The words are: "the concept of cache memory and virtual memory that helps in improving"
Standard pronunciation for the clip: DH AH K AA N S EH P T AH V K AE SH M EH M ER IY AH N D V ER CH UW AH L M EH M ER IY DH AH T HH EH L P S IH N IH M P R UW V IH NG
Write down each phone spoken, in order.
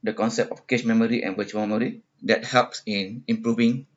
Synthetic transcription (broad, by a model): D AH K AA N S EH P T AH F K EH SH M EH M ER IY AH N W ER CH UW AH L M EH M ER IY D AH T HH EH L P S IH N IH M P R UW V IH NG